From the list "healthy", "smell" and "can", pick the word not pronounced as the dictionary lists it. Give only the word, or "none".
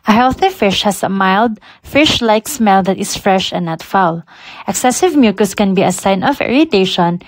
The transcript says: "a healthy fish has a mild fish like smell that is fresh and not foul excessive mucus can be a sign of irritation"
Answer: none